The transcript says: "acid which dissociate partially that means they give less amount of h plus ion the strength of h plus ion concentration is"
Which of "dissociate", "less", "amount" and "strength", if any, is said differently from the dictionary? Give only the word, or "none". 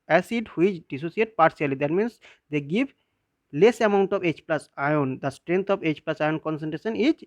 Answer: strength